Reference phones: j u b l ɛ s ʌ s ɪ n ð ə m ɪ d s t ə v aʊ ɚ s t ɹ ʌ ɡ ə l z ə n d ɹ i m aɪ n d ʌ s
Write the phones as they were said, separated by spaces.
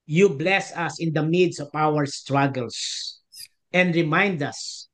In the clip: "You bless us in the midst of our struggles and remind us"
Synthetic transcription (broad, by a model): j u b l ɛ s ʌ s ɪ n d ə m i d s ə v aʊ ɚ s t ɹ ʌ ɡ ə l s ə n d ɹ i m aɪ n d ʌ s